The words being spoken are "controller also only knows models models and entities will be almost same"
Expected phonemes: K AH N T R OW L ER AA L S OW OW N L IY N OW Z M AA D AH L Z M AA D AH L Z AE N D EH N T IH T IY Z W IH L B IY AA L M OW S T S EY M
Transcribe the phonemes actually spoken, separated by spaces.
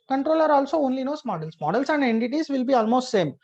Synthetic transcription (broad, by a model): K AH N T R OW L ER AA L S OW OW N L IY N OW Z M AA D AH L S M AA D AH L S AE N D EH N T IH T IY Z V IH L B IY AA L M OW S T S EY M